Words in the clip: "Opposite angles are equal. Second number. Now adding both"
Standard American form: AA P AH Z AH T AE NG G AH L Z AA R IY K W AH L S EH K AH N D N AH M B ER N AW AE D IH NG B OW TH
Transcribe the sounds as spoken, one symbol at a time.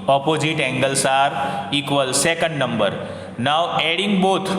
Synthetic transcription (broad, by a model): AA P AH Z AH T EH NG G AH L S AA R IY K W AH L S EH K AH N D N AH M B ER N AW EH D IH NG B OW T